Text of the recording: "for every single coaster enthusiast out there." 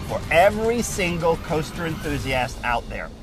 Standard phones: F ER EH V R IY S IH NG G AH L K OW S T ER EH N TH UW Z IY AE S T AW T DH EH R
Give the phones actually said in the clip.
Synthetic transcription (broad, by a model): F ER EH V R IY S IH NG G AH L K OW S T ER EH N TH UW Z IY AE S T AW T DH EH R